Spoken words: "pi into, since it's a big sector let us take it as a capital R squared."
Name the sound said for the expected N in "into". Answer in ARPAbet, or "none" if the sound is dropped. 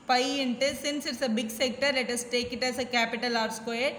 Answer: N